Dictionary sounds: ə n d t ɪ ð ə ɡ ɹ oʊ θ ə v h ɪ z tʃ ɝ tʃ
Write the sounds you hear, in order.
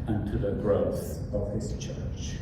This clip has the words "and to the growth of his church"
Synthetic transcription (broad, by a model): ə n t ɪ ð ə ɡ ɹ oʊ θ ə v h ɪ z tʃ ɝ tʃ